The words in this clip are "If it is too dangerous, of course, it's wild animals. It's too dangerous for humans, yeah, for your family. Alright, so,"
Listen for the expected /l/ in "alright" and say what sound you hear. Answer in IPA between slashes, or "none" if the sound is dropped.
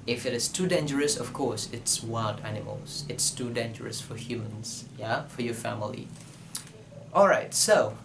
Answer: /l/